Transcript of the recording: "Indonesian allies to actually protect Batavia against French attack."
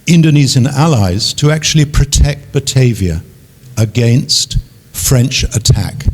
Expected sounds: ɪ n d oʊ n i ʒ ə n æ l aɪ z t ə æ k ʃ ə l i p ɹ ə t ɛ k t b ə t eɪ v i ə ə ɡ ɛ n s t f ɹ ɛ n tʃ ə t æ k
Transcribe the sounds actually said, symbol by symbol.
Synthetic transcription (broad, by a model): ɪ n d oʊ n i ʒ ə n æ l aɪ z t ə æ k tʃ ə l i p ɹ ə t ɛ k t b ə t eɪ v i ə ə ɡ ɛ n s t f ɹ ɛ n tʃ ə t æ k